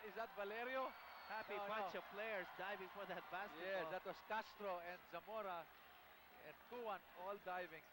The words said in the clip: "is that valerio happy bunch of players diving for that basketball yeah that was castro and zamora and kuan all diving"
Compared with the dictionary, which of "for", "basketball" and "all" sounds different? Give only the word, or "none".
basketball